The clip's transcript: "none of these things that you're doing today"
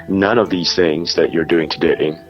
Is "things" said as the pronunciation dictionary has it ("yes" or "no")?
yes